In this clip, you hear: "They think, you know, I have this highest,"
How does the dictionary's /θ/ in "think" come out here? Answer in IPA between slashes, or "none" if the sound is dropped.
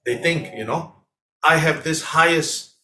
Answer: /θ/